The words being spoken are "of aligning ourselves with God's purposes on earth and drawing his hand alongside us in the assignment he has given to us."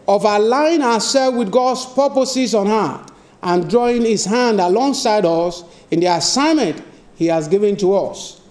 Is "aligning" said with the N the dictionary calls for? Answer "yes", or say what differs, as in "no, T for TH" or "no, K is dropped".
no, N is dropped